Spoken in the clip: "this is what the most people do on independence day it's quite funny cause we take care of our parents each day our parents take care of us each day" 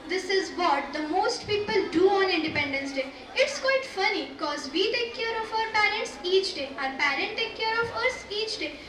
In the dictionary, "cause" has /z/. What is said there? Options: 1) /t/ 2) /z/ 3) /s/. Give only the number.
2